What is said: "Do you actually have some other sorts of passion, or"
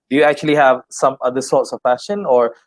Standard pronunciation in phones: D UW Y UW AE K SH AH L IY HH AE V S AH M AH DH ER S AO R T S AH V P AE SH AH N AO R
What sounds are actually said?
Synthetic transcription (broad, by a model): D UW Y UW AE K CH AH L IY HH AE V S AH M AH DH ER S AO R T S AH V F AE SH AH N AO R